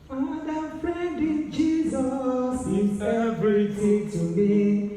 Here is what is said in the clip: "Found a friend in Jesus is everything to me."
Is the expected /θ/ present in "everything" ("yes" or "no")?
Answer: no